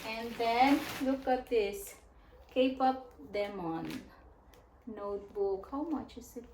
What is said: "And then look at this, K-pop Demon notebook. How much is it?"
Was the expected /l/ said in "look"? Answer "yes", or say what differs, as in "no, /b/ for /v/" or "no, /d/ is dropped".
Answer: yes